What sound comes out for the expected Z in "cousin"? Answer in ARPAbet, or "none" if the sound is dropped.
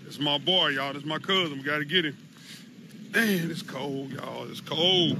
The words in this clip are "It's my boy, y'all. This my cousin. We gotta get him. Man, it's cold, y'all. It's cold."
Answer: Z